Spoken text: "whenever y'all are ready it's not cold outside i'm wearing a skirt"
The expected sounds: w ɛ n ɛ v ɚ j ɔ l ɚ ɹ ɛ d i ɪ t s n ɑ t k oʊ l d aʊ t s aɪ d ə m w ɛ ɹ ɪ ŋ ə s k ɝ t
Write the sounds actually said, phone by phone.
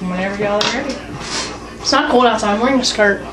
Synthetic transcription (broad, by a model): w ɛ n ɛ v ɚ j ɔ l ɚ ɹ ɛ d i ɪ t s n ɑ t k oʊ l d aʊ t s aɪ ə m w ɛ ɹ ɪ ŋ ə s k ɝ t